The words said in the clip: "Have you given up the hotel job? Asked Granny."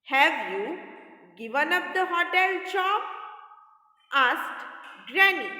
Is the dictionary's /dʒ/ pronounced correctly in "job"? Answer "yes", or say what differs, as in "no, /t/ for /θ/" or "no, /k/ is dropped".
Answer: no, /tʃ/ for /dʒ/